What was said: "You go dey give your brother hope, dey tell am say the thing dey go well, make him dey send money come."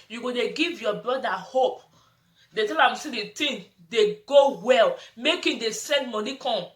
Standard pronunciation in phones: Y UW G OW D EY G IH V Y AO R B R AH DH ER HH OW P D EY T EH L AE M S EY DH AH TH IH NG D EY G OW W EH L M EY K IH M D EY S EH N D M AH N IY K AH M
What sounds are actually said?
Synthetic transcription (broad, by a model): Y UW G OW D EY G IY V Y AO B R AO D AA HH OW P D EY T EH L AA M S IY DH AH T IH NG D EY G OW W EH L M EY K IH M D EY S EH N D M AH N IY K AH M